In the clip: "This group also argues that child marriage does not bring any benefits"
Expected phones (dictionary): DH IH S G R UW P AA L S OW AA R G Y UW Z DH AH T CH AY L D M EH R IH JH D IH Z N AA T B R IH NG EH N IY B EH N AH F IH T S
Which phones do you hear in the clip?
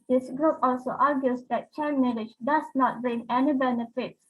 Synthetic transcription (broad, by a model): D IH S G R UW P AA L S OW AA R G Y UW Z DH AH T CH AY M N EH L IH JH D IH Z N AA T B R IH NG EH N IY B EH N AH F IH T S